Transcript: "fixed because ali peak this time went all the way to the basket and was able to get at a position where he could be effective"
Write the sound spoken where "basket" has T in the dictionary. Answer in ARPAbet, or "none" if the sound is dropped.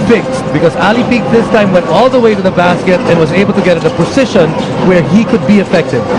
T